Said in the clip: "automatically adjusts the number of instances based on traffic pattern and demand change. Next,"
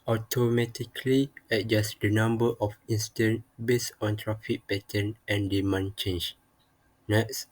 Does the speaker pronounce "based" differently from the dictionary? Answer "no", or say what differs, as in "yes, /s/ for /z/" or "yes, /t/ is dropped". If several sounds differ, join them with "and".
yes, /t/ is dropped